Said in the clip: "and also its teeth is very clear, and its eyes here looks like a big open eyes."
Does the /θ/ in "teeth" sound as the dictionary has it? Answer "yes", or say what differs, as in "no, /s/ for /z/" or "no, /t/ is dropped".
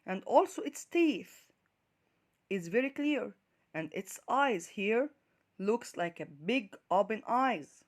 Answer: yes